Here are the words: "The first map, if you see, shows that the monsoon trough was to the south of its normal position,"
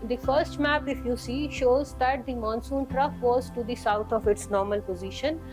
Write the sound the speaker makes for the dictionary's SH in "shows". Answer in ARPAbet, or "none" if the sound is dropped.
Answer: SH